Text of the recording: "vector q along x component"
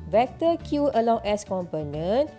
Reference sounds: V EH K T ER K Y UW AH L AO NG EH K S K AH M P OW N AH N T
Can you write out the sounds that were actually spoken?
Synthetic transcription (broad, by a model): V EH K T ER K Y UW AH L AO NG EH S K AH M P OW N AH N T